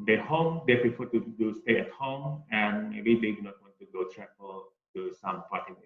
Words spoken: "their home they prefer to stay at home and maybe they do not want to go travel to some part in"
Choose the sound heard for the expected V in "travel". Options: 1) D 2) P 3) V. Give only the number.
2